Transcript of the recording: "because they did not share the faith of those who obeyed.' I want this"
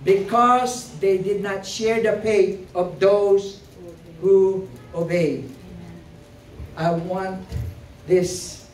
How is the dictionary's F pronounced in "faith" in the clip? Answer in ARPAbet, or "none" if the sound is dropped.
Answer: P